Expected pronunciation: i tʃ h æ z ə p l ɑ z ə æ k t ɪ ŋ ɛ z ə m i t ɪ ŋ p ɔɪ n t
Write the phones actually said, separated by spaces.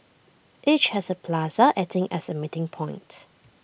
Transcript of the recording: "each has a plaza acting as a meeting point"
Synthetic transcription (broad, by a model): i tʃ h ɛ s ə p l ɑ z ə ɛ t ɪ ŋ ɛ s ə m i t ɪ ŋ p ɔɪ n t